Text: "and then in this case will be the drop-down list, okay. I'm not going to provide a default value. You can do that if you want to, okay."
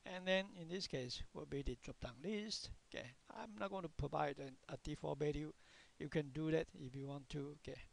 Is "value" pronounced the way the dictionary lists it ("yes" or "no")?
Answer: no